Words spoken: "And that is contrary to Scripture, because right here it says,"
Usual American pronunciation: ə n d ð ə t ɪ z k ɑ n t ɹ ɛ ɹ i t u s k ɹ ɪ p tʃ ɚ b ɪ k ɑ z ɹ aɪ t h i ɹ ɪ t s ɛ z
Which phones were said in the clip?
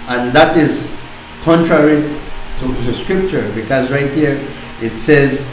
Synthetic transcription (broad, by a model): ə n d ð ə t ɪ z k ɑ n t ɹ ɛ ɹ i t u s k ɹ ɪ p tʃ ɚ b ɪ k ɑ z ɹ aɪ t h i ɹ ɪ t s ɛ z